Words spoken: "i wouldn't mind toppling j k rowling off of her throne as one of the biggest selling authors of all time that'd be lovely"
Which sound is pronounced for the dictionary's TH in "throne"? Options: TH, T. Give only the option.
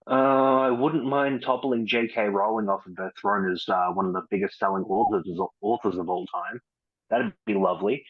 TH